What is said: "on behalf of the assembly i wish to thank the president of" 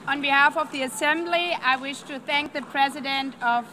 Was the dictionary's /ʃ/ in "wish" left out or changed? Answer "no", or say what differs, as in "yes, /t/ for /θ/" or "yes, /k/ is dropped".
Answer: no